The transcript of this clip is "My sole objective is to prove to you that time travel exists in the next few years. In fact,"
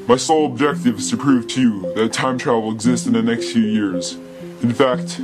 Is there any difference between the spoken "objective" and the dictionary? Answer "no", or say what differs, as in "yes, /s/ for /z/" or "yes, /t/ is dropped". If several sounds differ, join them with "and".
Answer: no